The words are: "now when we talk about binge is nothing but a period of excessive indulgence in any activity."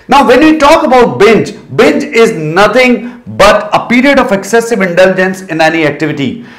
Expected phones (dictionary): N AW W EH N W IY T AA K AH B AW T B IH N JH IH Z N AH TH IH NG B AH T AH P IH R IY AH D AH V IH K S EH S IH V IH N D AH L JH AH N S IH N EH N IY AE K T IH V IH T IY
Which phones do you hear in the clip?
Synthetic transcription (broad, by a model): N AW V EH N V IY T AA K AH B AW T B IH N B IH Z N AH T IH NG B AH T AH P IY R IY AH D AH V IH K S EH S IH V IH N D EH L JH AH N S IH N EH N IY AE K T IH V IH T IY